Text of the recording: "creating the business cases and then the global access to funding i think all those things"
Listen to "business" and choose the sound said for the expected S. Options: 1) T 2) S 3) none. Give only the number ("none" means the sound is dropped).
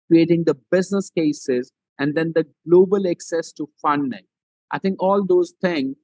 2